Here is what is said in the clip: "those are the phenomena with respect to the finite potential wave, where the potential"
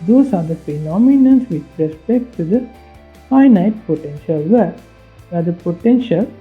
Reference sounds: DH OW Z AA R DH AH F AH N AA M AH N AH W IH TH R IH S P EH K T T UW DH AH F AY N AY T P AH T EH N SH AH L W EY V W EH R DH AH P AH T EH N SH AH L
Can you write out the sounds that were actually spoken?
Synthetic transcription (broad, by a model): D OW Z AA R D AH P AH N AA M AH N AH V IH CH R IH S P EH K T T UW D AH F AY N AY T P AH T EH N SH AH L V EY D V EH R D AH P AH T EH N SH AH L